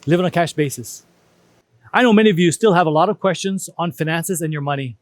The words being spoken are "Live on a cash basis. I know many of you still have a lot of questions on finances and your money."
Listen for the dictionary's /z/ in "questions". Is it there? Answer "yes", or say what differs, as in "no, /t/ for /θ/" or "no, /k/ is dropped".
yes